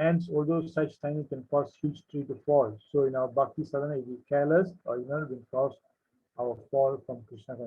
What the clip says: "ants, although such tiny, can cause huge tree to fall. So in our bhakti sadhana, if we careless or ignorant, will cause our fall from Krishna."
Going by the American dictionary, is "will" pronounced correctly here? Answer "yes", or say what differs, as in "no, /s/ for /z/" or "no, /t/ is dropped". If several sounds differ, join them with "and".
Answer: no, /n/ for /l/